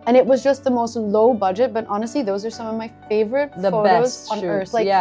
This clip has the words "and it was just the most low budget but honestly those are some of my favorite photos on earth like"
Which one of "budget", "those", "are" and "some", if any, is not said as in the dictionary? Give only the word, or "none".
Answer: none